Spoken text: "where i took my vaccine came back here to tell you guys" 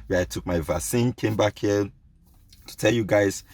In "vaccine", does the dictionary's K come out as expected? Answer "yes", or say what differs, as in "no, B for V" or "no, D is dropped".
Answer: no, K is dropped